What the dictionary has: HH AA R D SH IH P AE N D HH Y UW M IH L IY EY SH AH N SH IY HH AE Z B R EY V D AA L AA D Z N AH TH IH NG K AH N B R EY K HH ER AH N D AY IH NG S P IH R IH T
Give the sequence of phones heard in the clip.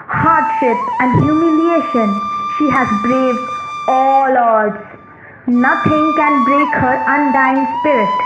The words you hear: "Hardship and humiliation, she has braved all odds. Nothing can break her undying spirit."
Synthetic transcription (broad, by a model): HH AA R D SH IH P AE N D HH Y UW M IH L IY EY SH AH N SH IY HH AE Z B R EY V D AA L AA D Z N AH T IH NG K AH N B R EY K HH ER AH N D AY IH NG S P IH R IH T